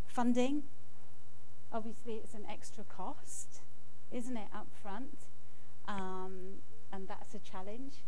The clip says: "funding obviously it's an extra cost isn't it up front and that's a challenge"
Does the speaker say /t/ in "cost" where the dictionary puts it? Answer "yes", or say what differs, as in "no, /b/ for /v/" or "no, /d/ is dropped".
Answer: yes